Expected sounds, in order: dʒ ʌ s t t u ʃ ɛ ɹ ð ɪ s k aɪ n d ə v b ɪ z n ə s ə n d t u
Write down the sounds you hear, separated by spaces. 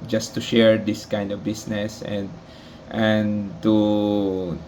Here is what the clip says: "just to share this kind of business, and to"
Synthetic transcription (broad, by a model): dʒ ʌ s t t u ʃ ɛ ɹ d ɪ s k aɪ n d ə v b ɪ s n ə s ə n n t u